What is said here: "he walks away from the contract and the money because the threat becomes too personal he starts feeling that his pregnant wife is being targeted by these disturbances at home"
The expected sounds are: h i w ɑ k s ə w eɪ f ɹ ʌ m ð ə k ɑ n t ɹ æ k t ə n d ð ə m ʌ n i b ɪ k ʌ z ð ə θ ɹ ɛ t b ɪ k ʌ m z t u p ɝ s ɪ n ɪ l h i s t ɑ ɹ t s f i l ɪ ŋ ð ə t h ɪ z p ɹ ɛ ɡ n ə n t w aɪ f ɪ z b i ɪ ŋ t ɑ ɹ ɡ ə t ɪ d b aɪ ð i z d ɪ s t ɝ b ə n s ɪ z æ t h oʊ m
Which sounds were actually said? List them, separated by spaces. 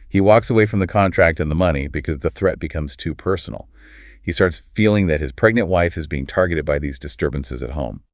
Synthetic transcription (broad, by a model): h i w ɑ k s ə w eɪ f ɹ ʌ m ð ə k ɑ n t ɹ æ k t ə n ð ə m ʌ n i b ɪ k ʌ z ð ə θ ɹ ɛ t b ɪ k ʌ m z t u p ɝ s n l h i s t ɑ ɹ t s f i l ɪ ŋ ð ə t h ɪ z p ɹ ɛ ɡ n ə n t w aɪ f ɪ z b i ɪ ŋ t ɑ ɹ ɡ ə t ɪ d b aɪ ð i z d ɪ s t ɝ b ə n s ɪ z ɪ t h oʊ m